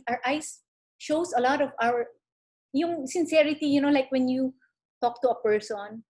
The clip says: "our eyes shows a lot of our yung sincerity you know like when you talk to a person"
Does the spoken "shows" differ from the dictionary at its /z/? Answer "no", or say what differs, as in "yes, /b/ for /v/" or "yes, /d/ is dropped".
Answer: yes, /s/ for /z/